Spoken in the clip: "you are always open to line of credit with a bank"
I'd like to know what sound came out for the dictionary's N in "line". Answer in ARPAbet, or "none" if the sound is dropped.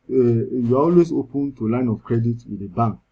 N